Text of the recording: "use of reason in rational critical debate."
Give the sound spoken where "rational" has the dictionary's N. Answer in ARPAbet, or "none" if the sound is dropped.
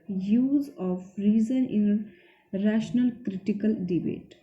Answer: N